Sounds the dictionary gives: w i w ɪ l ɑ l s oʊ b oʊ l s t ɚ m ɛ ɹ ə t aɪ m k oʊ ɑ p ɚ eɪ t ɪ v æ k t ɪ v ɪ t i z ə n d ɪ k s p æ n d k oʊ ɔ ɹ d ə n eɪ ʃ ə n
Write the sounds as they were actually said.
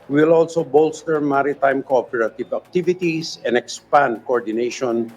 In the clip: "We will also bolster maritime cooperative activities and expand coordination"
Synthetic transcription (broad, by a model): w w ɪ l ɑ l s oʊ b oʊ l s t ɚ m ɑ ɹ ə t aɪ m k oʊ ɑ p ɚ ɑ t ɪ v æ k t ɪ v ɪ t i s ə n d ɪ k s p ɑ n d k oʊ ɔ ɹ d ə n eɪ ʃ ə n